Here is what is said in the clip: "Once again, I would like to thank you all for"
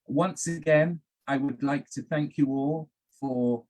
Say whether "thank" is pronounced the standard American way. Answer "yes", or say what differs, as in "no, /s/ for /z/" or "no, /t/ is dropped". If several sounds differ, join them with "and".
yes